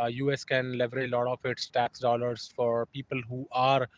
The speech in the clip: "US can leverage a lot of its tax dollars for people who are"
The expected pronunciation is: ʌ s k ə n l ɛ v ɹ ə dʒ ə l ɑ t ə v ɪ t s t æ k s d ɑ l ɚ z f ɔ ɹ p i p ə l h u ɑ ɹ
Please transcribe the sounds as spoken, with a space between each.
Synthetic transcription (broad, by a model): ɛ s k ə n l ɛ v ə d ə l ɑ t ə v ɪ t s t æ k s d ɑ l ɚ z f ɔ ɹ p i p ə l h u ɑ ɹ